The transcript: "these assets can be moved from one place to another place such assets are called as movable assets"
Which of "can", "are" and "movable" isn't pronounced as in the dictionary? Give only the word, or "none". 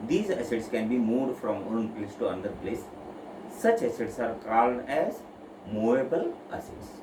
movable